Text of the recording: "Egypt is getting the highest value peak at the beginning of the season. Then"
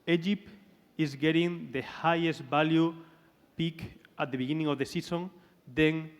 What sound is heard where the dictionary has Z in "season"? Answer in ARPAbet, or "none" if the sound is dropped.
S